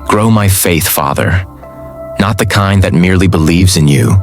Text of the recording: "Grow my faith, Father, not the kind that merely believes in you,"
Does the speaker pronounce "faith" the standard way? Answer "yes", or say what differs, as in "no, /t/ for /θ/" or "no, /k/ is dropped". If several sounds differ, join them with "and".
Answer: yes